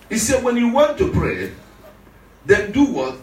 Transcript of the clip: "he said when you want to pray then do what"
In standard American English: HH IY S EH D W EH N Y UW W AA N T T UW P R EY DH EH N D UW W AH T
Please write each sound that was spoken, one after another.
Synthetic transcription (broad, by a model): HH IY S EH D W EH N Y UW W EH N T T UW P R EY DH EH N D UW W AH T